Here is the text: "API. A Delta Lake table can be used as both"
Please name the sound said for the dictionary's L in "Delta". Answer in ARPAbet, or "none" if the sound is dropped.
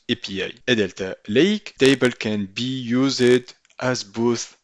L